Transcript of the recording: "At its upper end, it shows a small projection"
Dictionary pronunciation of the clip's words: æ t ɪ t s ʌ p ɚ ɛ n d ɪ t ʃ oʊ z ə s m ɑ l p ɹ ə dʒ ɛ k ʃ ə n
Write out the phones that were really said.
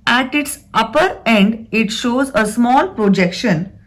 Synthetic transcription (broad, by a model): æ t ɪ t s ʌ p ɚ ɛ n d ɪ t ʃ oʊ z ə s m ɑ l p ɹ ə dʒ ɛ k ʃ ə n